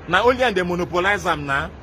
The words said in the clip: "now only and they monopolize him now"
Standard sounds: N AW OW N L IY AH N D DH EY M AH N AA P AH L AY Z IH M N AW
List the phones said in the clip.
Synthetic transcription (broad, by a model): N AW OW L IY AH N D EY M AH N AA P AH L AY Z IH M N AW